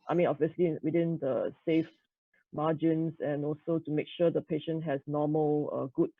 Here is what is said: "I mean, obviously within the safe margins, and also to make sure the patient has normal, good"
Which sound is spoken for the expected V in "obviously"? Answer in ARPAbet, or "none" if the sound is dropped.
V